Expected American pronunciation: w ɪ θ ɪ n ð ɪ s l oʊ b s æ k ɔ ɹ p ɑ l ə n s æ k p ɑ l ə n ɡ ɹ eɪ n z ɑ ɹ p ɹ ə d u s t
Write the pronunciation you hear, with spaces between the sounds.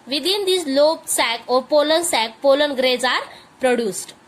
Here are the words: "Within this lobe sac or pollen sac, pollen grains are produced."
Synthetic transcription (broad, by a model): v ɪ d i n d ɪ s l oʊ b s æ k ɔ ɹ p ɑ l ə n s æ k p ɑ l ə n ɡ ɹ eɪ z ɑ ɹ p ɹ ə d u s t